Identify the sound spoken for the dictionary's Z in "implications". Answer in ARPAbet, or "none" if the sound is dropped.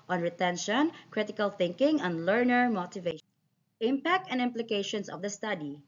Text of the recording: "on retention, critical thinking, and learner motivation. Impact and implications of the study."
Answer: S